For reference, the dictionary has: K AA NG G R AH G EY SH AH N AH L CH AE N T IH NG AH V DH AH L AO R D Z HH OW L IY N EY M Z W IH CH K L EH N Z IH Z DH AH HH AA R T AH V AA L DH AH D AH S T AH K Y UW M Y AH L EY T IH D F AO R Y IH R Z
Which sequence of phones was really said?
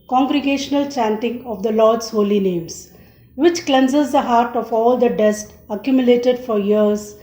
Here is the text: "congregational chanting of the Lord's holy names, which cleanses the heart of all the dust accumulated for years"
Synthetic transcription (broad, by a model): K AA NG G R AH G EY SH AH N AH L CH AE N T IH NG AH V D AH L AO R D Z HH OW L IY N EY M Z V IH CH K L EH N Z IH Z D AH HH AA R T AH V AA L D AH D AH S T AH K Y UW M Y AH L EY T IH D F AO R Y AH R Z